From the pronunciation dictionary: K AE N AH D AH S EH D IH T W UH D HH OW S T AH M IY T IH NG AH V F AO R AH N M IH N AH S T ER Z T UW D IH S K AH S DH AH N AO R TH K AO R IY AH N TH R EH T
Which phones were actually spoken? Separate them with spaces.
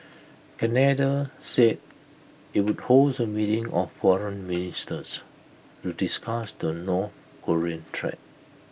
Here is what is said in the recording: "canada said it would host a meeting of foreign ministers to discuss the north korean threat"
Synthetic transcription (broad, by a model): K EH N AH D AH S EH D IH T W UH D HH OW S AH M IY T IH NG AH F F AO R AH N M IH N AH S T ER S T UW D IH S K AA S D AH N AO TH K AO R IY AH N T R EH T